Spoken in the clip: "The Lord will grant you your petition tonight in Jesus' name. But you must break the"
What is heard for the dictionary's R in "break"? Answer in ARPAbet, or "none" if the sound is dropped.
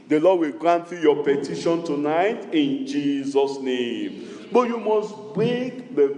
none